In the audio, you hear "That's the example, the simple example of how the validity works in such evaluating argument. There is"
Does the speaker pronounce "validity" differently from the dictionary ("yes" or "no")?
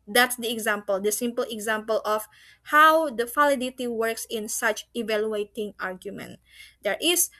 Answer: yes